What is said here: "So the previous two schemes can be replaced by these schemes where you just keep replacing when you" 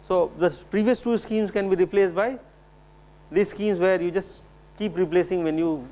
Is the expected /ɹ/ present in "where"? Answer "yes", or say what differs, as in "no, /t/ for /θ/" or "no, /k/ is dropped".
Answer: yes